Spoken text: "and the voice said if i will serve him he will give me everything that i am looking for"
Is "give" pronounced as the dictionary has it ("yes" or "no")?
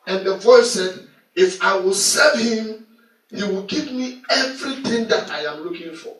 no